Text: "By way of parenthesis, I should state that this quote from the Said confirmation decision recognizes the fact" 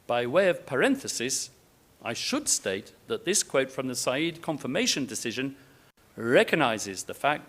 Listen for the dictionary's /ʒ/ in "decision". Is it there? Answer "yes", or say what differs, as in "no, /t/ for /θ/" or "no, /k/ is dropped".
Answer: yes